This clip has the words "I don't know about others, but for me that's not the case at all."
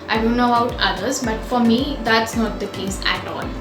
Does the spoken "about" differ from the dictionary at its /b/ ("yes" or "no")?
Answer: yes